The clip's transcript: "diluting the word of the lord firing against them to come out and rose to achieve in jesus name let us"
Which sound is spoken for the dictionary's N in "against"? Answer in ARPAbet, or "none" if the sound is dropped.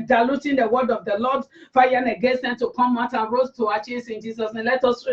N